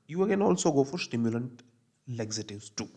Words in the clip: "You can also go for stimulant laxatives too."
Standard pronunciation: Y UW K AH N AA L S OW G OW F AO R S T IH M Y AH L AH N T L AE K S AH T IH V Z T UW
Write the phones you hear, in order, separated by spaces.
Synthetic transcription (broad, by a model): Y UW K AH N AA L S OW G OW F AO R S T IH M Y AH L AH N T L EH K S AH T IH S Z T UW